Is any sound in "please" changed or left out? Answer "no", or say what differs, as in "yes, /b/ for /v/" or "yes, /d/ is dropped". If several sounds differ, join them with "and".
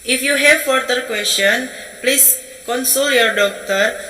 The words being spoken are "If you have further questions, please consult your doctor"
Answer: yes, /s/ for /z/